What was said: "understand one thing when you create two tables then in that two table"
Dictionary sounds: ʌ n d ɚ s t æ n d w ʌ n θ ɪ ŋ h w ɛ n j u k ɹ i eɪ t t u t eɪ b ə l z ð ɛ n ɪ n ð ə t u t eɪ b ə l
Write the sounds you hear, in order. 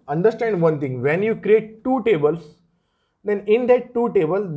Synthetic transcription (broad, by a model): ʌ n d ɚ s t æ n d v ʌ n t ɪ ŋ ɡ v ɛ n j u k ɹ i eɪ t t u t eɪ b ə l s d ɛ n ɪ n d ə t u t eɪ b ə l